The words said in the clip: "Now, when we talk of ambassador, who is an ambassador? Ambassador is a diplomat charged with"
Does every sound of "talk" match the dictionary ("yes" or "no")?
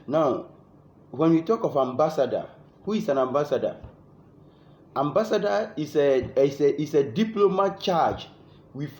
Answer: yes